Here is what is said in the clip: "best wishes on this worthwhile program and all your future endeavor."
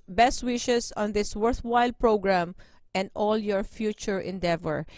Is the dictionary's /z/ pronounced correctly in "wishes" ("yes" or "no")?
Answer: no